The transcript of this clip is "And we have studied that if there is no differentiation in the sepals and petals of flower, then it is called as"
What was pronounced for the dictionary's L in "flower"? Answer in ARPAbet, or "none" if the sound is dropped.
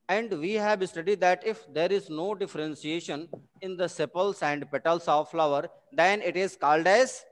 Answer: L